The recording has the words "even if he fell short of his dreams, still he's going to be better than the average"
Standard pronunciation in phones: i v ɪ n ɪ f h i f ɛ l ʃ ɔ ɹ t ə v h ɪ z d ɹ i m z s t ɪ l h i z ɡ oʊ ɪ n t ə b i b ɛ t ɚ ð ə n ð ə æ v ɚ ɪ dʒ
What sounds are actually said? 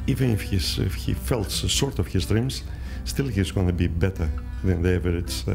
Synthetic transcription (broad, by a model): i v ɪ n ɪ f h i f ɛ l s ɔ ɹ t ə v h ɪ z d ɹ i m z s t ɪ l h i z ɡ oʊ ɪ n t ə b i b ɛ t ɚ ð ə n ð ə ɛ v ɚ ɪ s